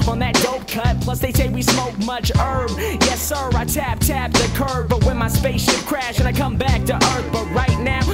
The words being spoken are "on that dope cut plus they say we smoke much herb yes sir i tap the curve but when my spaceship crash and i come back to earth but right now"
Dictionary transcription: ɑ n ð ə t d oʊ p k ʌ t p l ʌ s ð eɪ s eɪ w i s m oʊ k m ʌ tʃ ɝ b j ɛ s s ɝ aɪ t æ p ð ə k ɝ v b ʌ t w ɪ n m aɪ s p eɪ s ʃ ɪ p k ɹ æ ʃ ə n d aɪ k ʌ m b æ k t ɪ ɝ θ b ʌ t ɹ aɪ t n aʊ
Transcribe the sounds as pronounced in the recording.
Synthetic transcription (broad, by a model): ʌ n ð ə t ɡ oʊ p k ʌ t p l ʌ s ð eɪ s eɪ w i s m oʊ k m ʌ tʃ ɝ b j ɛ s s ɝ aɪ t æ p ð ə k ɝ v b ʌ t w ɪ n m aɪ s p eɪ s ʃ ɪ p k ɹ æ ʃ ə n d aɪ k ʌ m b æ k t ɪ ɝ θ b ʌ t ɹ aɪ t n aʊ